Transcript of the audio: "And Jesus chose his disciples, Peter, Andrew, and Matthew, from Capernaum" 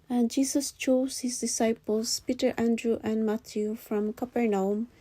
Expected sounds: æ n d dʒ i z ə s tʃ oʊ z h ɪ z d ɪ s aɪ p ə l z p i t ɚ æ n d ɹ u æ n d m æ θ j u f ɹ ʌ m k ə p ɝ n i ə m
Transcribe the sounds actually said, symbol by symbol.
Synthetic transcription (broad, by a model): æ n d dʒ i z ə s tʃ oʊ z h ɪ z d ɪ s aɪ p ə l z p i t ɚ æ n d ɹ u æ n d m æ t j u f ɹ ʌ m k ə p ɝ n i m